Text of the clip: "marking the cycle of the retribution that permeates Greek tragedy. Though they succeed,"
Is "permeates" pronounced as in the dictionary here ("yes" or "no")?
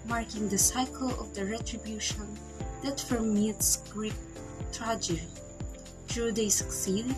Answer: no